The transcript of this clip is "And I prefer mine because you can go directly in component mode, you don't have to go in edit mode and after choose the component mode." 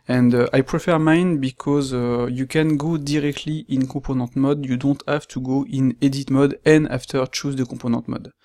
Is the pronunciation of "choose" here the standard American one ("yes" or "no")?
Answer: yes